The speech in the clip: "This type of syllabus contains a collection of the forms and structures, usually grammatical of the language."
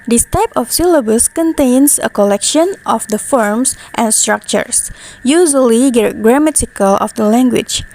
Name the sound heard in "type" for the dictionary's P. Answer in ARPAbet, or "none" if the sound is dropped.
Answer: P